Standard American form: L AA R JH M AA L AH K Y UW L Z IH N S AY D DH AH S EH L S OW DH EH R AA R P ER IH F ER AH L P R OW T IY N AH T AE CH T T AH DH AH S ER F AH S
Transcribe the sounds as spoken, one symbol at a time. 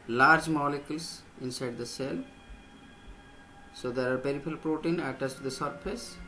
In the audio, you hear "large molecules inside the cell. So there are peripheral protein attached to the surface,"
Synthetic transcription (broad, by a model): L AA R JH M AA L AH K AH L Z IH N S AY D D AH S EH L S OW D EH R AA R P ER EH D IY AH L P R OW T IY N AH T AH S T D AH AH S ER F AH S